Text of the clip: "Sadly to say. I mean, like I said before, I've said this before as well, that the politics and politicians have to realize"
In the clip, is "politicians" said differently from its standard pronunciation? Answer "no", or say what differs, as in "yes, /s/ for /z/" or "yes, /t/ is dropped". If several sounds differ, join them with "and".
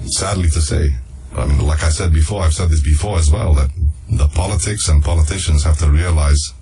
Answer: no